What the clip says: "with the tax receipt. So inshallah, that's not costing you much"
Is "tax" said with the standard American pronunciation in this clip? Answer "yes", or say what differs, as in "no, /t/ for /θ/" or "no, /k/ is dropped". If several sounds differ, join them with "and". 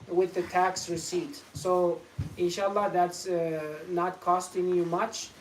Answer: yes